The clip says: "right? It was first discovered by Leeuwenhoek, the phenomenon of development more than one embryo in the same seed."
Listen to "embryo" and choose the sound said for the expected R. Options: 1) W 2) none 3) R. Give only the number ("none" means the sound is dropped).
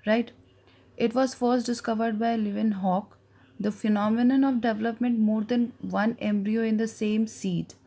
3